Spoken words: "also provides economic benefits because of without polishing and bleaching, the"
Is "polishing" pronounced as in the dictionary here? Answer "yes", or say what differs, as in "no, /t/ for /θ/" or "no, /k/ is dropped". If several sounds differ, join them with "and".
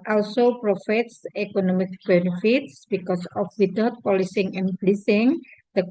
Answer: no, /s/ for /ʃ/